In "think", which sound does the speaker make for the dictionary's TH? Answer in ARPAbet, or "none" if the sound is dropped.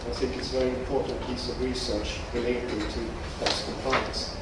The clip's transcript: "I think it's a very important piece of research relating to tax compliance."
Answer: TH